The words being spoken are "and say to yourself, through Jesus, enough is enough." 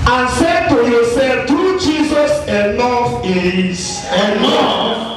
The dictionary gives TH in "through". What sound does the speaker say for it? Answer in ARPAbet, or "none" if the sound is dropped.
T